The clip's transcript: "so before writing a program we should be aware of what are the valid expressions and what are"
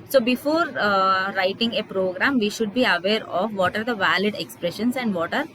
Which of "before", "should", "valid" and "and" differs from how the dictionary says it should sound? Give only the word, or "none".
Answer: none